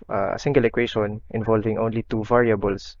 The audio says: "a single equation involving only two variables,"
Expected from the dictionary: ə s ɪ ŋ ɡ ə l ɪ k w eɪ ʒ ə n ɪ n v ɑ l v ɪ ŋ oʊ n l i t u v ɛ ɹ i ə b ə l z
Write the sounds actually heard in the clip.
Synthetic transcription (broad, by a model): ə s ɪ ŋ ɡ ə l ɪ k w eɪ ʃ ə n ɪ n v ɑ l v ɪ ŋ oʊ n l i t u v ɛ ɹ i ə b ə l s